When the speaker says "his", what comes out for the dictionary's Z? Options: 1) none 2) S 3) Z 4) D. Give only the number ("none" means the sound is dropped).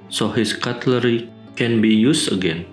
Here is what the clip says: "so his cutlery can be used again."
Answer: 2